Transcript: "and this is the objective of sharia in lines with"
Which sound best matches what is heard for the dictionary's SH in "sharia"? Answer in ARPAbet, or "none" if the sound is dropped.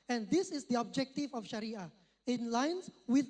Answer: SH